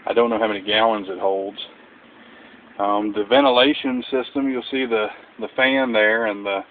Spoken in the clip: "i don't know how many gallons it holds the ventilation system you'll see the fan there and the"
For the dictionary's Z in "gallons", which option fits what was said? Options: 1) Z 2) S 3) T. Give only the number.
1